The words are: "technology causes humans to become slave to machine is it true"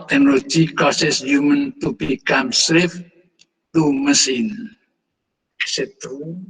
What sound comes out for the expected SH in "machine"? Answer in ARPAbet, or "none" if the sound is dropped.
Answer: S